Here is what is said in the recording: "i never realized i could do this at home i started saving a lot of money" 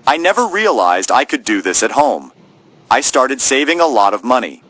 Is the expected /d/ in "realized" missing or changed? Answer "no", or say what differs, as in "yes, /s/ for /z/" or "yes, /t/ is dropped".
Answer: no